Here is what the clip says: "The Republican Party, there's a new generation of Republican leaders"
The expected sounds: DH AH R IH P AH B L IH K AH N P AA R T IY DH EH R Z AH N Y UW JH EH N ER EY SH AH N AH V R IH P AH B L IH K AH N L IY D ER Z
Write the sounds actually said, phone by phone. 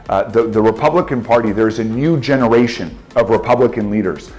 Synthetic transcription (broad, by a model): DH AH R IH P AH B L IH K AH N P AA R T IY DH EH R Z AH N Y UW JH EH N ER EY SH AH N AH V R IH P AH B L IH K AH N L IY D ER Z